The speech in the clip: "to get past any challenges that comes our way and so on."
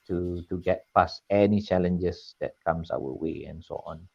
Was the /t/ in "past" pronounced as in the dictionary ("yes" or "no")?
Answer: no